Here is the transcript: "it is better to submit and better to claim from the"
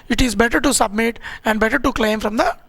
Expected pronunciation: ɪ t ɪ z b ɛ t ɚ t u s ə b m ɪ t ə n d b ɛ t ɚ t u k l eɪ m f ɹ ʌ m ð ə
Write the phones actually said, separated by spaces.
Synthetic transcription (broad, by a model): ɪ t ɪ z b ɛ t ɚ t u s ə b m ɪ t ə n d b ɛ t ɚ t u k l eɪ m f ɹ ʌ m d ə